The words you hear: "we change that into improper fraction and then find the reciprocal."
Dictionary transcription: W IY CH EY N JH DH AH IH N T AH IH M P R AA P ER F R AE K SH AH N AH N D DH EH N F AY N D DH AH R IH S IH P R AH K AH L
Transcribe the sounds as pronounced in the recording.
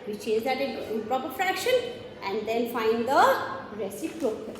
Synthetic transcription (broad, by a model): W IY CH EY N JH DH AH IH T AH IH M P R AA P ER F R AE K SH AH N AH N D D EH N F AY N D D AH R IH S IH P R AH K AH